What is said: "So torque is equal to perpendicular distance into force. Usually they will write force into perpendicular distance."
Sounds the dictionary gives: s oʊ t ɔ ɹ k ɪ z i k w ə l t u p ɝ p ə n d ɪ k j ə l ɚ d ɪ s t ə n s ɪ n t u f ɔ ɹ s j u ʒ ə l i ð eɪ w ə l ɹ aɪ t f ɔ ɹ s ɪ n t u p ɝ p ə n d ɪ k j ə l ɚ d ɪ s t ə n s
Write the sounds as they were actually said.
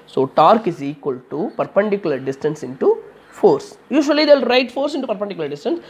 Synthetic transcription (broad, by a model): s oʊ t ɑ ɹ k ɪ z i k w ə l t u p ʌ p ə n d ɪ k j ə l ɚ d ɪ s t ə n s ɪ n t u f ɔ ɹ s j u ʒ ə i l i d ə l ɹ aɪ t f ɔ ɹ s ɪ n t u p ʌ p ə n d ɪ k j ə l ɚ d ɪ s t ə n s